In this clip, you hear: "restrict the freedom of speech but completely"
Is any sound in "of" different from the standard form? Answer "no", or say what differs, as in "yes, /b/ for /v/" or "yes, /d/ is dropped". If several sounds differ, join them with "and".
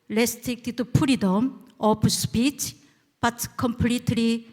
yes, /p/ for /v/